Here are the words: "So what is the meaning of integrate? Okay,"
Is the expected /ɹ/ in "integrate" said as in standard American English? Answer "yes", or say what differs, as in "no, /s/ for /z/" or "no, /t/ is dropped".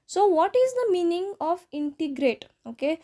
yes